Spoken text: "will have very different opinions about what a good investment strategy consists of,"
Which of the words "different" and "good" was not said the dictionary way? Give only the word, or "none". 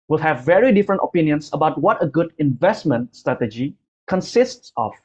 none